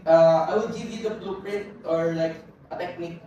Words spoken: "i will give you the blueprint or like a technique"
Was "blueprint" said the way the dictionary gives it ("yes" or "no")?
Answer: no